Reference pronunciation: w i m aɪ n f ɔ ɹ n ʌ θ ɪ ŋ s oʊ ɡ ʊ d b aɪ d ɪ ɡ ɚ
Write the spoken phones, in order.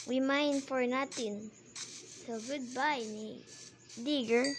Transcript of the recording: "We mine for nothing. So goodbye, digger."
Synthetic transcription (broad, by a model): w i m aɪ n f ɔ ɹ n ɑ t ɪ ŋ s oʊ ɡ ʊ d b aɪ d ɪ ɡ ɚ